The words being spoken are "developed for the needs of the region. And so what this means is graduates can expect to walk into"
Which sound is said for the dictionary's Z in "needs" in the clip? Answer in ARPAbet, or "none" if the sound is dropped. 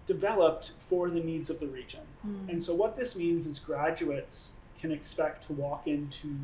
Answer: Z